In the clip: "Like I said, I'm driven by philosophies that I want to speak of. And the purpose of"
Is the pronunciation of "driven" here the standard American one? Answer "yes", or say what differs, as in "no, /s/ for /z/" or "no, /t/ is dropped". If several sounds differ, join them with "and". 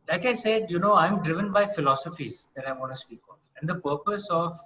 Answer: yes